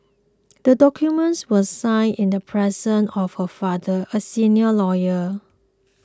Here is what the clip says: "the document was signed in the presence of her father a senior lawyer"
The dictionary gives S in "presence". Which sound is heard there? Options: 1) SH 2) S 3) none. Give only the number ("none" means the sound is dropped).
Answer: 3